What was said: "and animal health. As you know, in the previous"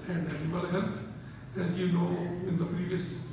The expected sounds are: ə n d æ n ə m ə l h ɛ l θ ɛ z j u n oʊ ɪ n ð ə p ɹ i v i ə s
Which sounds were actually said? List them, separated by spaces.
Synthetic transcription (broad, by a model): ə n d æ n ə m ə l h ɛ l t ɛ z j u n oʊ ɪ n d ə p ɹ i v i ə s